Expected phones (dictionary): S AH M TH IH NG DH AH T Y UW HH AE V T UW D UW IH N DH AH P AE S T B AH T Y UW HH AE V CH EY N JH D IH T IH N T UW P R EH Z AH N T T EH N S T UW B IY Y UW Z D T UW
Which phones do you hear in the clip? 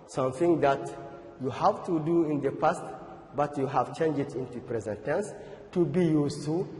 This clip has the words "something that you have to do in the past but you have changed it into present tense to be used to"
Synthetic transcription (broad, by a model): S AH M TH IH NG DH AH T Y UW HH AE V T UW D UW IH N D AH P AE S T B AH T Y UW HH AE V CH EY N JH IH T IH N T UW P R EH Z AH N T T EH N S T UW B IY Y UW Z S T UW